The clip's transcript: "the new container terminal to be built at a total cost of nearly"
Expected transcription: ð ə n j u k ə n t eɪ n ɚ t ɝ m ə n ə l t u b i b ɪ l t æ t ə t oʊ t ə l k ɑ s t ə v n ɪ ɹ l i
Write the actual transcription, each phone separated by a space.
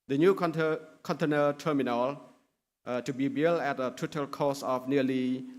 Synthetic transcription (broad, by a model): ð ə n j u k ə n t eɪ n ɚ t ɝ m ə n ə l t u b i b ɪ l æ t ə t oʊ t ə l k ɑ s ə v n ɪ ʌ l i